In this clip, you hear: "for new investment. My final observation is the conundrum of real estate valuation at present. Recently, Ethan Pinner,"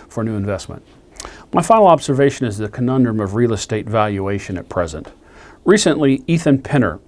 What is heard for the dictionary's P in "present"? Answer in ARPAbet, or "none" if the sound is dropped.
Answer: P